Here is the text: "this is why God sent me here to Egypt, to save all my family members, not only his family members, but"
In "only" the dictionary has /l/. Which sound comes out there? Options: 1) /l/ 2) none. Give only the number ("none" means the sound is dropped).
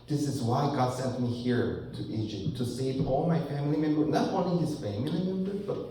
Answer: 2